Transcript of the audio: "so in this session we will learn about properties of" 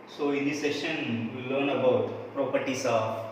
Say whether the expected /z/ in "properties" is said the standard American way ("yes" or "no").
no